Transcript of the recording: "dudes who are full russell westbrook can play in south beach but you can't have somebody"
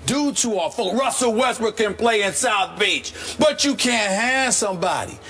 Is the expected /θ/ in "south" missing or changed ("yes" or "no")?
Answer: no